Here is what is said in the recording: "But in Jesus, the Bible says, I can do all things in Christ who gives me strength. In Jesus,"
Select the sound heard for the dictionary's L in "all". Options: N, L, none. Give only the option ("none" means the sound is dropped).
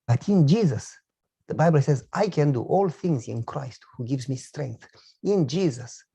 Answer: L